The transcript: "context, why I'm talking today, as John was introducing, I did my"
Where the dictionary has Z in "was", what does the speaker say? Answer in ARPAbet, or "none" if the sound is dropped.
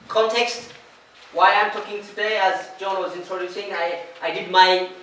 Z